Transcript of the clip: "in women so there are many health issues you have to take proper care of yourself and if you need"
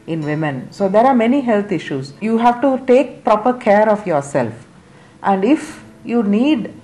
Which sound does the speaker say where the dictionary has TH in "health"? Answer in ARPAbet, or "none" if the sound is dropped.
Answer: T